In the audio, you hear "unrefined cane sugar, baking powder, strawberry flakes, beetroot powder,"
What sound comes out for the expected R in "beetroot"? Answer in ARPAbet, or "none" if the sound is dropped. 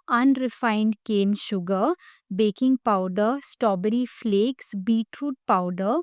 R